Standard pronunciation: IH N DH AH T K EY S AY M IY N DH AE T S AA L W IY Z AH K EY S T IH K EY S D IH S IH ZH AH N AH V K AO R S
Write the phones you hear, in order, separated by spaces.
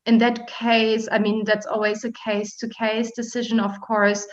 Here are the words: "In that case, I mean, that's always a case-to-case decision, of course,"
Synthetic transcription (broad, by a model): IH N DH AH T K EY S AY M IY N DH AE T S AA L W IY Z AH K EY S T IH K EY S D IH S IH ZH AH N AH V K AO R S